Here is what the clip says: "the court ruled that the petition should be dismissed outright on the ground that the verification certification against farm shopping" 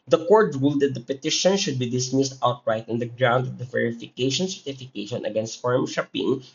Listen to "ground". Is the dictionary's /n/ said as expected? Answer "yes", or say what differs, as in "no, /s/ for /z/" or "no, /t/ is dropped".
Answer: yes